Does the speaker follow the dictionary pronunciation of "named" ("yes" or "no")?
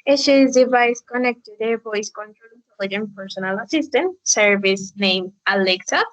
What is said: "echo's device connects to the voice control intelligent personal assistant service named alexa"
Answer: no